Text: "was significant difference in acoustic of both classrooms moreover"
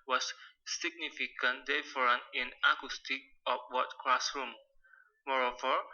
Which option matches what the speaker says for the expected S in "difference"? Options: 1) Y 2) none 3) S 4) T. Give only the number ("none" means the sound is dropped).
2